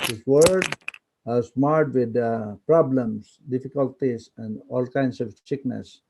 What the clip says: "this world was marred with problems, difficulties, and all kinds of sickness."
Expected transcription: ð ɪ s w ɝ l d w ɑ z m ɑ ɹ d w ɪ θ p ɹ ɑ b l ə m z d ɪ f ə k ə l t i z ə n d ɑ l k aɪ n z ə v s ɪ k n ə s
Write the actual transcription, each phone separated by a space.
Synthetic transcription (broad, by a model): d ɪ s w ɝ d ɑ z m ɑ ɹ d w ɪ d p ɹ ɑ b l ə m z d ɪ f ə k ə l t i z ə n d ɑ l k aɪ n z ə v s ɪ k n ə s